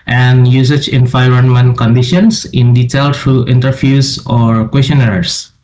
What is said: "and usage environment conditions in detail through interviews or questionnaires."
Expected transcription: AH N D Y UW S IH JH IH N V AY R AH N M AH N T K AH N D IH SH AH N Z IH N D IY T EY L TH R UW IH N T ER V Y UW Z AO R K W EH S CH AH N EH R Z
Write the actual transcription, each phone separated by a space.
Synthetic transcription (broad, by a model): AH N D Y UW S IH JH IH N F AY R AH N M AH N K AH N D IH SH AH N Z IH N D IY T EY L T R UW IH N T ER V Y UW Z AO R K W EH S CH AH N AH R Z